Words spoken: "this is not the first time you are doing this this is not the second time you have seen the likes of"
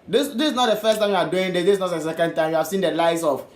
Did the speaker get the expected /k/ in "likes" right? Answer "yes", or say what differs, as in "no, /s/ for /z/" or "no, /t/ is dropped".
no, /k/ is dropped